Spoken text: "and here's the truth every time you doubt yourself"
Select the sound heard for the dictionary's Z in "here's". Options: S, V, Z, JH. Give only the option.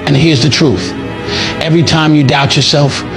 Z